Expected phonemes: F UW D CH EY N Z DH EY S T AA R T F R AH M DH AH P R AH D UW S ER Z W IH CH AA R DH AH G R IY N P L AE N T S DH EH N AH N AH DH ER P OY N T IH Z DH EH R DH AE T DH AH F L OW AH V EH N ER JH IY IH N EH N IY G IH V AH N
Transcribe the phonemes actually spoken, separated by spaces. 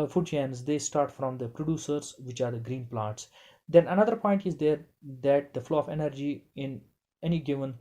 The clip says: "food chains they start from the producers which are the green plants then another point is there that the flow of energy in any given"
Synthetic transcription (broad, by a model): F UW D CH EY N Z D EY S T AA R T F R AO M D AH P R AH D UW S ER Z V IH CH AA R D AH G R IY N P L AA T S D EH N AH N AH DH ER P OY N T IH Z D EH R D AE T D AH F L OW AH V EH N ER JH IY IH N EH N IY G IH V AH N